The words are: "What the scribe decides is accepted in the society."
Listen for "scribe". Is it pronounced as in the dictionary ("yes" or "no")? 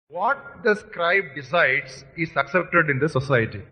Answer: yes